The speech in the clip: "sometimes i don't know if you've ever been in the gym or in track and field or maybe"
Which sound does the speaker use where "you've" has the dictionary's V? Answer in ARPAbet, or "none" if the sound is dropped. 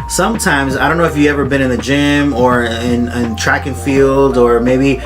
none